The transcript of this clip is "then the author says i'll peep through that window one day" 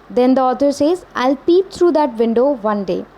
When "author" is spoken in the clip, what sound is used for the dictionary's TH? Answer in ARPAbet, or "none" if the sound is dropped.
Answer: T